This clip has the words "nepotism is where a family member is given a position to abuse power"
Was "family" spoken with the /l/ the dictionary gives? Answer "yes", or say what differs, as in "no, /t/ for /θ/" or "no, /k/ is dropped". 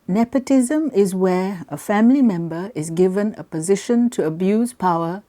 yes